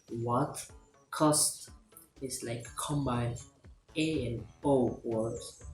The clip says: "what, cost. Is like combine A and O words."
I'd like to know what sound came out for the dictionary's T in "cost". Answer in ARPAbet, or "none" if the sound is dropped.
T